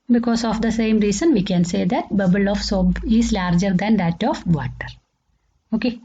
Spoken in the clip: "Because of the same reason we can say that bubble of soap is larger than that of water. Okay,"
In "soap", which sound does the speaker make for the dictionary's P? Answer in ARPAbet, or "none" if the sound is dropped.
B